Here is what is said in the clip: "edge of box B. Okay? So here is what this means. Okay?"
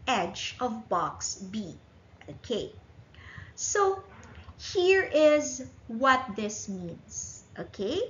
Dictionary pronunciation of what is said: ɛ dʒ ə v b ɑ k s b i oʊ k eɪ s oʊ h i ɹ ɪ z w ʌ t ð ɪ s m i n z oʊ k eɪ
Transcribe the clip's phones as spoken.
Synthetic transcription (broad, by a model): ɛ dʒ ə v b ɑ k s b i oʊ k eɪ s oʊ h i ɹ ɪ z w ʌ t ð ɪ s m i n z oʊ k eɪ